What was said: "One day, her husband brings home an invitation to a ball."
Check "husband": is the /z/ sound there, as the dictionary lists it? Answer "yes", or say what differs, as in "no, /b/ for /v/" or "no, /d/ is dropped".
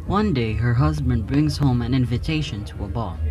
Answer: yes